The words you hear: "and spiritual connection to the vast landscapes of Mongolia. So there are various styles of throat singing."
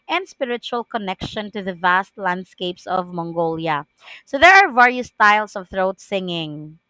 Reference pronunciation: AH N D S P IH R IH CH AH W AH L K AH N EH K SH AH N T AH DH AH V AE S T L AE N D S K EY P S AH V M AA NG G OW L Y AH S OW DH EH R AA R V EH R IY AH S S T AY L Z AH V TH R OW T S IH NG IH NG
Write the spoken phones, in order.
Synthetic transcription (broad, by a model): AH N D S P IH R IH CH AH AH L K AH N EH K SH AH N T AH DH AH V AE S T L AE N D S K EY P S AH V M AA NG G OW L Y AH S OW DH EH R AA R V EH R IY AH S S T AY L S AH V TH R OW T S IH NG IH NG